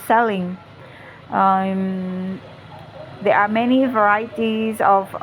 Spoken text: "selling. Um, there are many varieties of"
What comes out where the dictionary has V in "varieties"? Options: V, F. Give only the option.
V